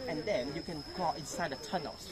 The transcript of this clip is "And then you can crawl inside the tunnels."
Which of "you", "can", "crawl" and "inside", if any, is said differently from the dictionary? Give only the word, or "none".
crawl